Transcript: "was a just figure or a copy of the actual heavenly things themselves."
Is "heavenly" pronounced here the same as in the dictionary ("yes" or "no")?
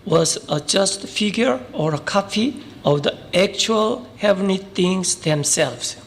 no